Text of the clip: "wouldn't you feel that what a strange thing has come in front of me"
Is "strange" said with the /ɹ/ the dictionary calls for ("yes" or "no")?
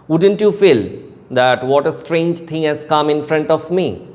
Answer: yes